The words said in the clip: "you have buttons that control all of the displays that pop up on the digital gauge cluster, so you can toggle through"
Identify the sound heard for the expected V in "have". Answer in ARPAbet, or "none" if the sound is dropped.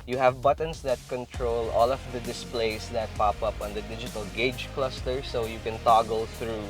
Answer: V